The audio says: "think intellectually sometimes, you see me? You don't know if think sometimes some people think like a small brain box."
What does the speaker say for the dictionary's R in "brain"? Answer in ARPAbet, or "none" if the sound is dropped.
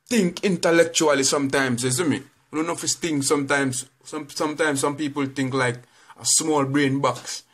R